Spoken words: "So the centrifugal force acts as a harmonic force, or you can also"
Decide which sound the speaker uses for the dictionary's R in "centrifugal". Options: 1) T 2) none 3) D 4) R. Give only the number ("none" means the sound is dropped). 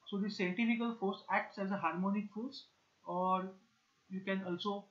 2